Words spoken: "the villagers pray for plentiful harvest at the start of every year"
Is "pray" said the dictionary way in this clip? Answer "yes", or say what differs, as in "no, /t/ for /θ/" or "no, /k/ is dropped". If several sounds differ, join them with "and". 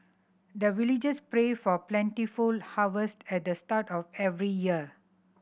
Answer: yes